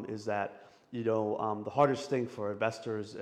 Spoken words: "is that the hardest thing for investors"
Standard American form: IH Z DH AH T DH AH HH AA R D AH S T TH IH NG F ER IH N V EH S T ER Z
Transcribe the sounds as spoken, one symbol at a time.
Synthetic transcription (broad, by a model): IH Z DH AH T DH AH HH AA R D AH S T TH IH NG F ER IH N V EH S T ER Z